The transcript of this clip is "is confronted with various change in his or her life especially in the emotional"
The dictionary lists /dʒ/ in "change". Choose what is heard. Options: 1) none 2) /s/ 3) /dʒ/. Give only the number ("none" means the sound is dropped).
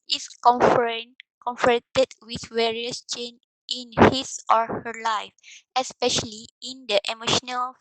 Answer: 1